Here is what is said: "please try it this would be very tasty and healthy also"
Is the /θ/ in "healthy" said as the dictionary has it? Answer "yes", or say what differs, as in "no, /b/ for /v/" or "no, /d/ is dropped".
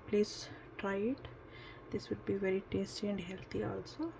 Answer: no, /t/ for /θ/